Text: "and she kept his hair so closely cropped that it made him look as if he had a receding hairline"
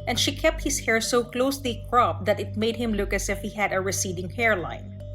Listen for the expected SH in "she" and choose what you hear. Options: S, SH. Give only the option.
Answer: SH